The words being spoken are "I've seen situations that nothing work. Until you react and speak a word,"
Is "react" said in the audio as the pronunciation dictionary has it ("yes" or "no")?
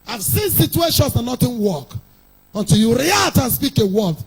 no